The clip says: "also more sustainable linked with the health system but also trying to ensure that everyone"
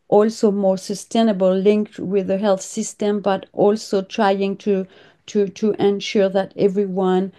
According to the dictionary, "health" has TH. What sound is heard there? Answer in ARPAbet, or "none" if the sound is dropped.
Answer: TH